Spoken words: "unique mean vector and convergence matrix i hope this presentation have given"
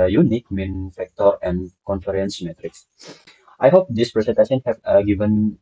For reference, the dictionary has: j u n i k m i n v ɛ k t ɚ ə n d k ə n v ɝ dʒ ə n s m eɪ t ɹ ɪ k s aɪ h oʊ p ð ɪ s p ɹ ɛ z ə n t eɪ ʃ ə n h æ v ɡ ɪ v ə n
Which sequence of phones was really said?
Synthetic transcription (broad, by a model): j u n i k m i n f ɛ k t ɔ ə n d k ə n f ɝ ə n s m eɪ t ɹ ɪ k s aɪ h oʊ p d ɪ s p ɹ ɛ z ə n t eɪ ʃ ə n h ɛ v ɡ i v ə n